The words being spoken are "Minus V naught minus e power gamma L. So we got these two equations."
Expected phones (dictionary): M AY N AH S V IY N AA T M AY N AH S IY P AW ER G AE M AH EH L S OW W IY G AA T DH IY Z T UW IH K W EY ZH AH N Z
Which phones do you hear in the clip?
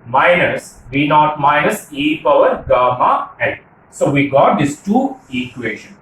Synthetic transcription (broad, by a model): M AY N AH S B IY N AA T M AY N AH S IY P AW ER G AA M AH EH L S OW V IY G AA T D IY S T UW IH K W EY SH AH N